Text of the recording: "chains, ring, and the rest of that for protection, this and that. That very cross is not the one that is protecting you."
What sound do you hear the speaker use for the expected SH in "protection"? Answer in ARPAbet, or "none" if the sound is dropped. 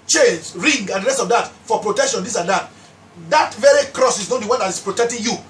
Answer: SH